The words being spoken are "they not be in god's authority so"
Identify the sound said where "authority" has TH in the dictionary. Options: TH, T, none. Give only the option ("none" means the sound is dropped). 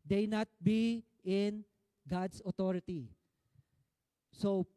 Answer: T